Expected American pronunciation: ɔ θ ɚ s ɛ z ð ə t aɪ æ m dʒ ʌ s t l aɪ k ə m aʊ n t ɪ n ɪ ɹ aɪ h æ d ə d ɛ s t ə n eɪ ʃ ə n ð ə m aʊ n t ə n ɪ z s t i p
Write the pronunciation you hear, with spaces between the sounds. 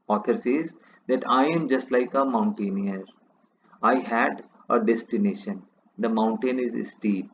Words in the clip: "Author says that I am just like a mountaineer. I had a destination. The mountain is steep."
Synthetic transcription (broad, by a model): ɔ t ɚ s ɛ z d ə t aɪ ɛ m dʒ ʌ s t l aɪ k ə m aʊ n t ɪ n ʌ ɹ aɪ h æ d ə d ɛ s t ə n eɪ ʃ ə n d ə m aʊ n t ə n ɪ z s t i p